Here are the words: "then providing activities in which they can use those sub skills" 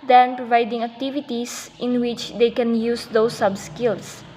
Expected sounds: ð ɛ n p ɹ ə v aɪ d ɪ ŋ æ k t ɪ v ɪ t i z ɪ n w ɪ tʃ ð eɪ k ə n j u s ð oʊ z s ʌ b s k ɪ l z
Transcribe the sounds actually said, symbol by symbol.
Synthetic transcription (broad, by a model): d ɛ n p ɹ ə v aɪ d ɪ ŋ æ k t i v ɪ t i s ɪ n w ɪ tʃ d eɪ k ə n j u s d oʊ s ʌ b s k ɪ l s